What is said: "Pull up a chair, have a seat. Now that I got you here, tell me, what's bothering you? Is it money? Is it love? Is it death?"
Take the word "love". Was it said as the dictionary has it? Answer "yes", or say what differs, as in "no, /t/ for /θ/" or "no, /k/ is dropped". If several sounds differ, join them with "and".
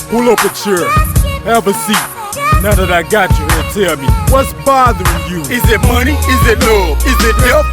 no, /v/ is dropped